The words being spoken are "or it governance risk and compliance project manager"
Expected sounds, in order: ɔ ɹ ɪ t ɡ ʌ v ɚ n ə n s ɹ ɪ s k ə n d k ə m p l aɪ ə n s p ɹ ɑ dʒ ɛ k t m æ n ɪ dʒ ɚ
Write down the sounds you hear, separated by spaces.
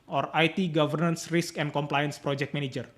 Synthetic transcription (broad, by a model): ɔ ɹ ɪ t ɡ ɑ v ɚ n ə n s ɹ ɪ s k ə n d k ə m p l aɪ ə n s p ɹ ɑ dʒ ɛ k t m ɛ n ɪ dʒ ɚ